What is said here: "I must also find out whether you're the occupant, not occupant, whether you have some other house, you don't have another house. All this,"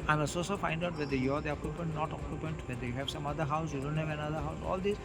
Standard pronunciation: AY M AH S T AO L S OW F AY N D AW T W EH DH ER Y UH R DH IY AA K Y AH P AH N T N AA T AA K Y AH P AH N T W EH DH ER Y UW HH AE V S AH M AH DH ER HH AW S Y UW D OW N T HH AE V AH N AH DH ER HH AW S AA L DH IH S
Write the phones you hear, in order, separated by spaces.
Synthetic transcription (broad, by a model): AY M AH S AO S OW F AY N D AW T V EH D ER Y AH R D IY AA K Y AH P AH N T N AA T AA K Y AH P AH N T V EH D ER Y UW HH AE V S AH M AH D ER HH AW S Y UW D OW N T HH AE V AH N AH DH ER HH AW S AA L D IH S